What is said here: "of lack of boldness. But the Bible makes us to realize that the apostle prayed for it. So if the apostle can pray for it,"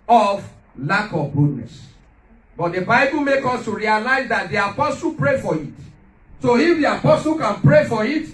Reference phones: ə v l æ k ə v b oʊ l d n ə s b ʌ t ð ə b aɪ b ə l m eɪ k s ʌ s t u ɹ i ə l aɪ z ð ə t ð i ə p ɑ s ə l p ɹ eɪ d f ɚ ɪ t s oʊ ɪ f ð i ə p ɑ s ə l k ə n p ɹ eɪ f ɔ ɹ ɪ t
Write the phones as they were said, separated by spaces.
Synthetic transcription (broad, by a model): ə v l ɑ k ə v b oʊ d n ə s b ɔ t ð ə b aɪ b ə l m eɪ k ɔ s t u ɹ i ə l aɪ z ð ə t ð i ə p ɑ s ə l p ɹ eɪ f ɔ ɪ t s oʊ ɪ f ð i ə p ɑ s ə l k ə n p ɹ eɪ f ɔ ɹ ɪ t